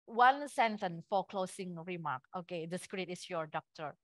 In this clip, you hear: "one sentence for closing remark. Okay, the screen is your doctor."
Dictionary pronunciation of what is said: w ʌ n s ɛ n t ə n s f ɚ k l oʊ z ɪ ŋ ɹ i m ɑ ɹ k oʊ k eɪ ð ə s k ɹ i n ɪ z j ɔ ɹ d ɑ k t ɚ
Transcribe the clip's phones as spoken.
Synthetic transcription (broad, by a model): w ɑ n s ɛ n s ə n f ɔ k l oʊ s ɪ ŋ ɹ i m ɑ k oʊ k eɪ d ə s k ɹ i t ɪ s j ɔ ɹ d ɑ k t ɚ